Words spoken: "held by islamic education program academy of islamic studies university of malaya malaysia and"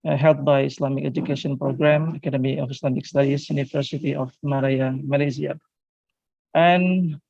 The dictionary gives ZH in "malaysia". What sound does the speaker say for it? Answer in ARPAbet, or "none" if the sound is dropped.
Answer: Z